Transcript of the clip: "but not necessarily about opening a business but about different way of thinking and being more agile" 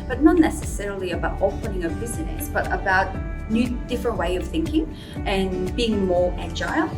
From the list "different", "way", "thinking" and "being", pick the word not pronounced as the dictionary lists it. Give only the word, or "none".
none